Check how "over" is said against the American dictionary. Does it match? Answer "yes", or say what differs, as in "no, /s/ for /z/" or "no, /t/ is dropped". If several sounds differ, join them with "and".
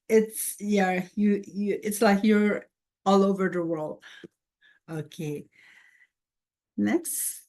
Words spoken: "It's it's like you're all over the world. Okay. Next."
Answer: yes